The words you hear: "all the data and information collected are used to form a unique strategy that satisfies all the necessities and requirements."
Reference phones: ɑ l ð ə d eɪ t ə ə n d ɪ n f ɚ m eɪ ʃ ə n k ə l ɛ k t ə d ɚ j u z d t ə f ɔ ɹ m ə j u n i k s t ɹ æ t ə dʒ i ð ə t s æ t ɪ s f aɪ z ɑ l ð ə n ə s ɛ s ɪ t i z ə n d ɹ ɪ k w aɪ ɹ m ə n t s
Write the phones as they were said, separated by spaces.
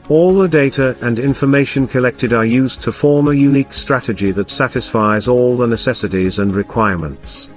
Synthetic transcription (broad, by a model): ɑ l ð ə d eɪ t ə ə n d ɪ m f ɚ m eɪ ʃ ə n k ə l ɛ k t ə d ɚ j u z t ə f ɔ ɹ m ə j u n i k s t ɹ æ t ə dʒ i ð ə t s æ t ɪ s f aɪ z ɑ l ð ə n ə s ɛ s ɪ t i z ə n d ɹ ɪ k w aɪ ɹ m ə n t s